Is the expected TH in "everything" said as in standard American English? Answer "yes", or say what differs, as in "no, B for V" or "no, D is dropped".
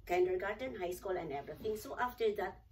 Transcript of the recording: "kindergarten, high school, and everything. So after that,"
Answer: no, T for TH